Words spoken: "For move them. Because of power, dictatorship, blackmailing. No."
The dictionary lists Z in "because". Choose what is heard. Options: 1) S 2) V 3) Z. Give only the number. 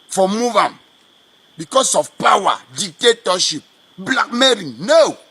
1